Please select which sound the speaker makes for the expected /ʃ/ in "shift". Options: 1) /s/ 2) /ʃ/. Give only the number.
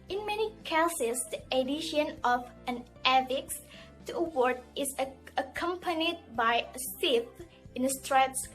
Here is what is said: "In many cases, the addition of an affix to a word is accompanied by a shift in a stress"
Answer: 1